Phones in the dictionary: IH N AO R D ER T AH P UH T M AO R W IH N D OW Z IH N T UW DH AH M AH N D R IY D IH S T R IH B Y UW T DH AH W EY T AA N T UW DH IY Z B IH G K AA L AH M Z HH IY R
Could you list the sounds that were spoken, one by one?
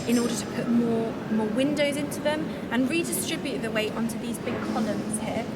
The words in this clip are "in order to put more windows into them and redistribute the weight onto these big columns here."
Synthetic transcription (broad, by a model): IH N AO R D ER T AH P UH T M AO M W IH N D OW Z IH N T UW DH AH M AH N R IY D IH S T R IH B Y UW T DH AH W EY T AA N T UW DH IY Z B IH G K AA L AH M Z HH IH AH